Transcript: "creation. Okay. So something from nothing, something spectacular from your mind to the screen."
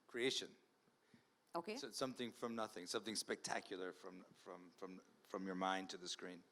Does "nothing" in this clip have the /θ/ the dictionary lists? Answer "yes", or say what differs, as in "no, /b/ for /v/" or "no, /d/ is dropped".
yes